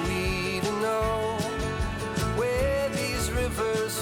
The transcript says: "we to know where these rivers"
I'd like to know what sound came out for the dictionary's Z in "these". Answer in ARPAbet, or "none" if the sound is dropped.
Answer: Z